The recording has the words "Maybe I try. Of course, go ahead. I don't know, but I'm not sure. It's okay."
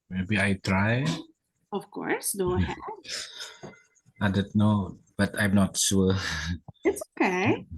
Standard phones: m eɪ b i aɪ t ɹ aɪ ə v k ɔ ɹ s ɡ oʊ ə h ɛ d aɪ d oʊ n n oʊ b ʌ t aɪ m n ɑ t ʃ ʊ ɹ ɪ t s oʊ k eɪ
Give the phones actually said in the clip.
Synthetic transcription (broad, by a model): m eɪ b i aɪ t ɹ aɪ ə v k ɔ ɹ s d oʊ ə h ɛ aɪ d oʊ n n oʊ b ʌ t aɪ m n ɑ t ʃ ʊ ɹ ɪ t s oʊ k eɪ